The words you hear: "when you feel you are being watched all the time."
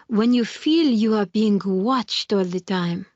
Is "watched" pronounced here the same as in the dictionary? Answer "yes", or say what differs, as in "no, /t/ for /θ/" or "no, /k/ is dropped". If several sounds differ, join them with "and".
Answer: yes